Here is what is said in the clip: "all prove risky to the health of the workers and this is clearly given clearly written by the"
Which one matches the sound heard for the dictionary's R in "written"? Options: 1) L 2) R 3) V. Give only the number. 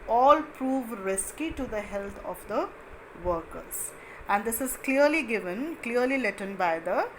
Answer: 1